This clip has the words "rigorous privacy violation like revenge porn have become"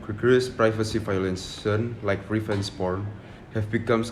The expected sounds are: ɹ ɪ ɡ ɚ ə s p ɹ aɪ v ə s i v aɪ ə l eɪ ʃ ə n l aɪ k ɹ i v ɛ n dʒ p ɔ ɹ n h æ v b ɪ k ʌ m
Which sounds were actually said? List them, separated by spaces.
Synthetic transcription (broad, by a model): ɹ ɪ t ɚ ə s p ɹ aɪ v ə s i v aɪ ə l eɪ s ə n l aɪ k ɹ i f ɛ n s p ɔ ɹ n h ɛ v b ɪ k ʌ m